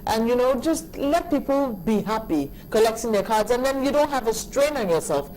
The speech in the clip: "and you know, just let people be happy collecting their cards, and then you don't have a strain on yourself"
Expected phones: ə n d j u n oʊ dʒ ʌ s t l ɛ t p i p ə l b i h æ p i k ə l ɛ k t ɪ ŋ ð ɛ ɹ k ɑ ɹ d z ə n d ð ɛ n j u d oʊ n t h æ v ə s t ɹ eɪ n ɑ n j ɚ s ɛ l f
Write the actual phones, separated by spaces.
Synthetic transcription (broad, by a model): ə n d j u n oʊ dʒ ʌ s t l ɛ t p i p ə l b i h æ p i k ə l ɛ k s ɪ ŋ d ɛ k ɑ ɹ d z ə n d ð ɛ n j u d oʊ n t h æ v ə s t ɹ eɪ n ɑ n j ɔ s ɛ l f